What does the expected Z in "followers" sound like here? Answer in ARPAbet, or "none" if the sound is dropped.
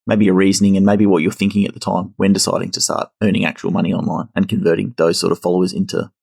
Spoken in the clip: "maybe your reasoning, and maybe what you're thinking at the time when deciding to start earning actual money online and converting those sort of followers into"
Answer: Z